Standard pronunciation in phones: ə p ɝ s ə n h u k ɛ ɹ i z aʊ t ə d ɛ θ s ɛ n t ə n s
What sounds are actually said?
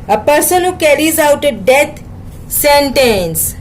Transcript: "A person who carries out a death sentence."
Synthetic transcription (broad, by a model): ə p ɝ s ə n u k ɛ ɹ i z aʊ t ə d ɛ t s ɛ n t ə n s